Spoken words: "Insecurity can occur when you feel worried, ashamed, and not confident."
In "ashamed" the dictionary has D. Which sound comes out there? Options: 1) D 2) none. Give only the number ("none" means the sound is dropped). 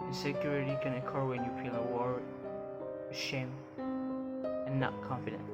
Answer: 2